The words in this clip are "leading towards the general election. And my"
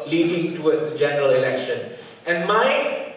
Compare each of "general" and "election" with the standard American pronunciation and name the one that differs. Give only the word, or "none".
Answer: none